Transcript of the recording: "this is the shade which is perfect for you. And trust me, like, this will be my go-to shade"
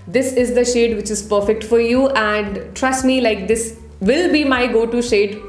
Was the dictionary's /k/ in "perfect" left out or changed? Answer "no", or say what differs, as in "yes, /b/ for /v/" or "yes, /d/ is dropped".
no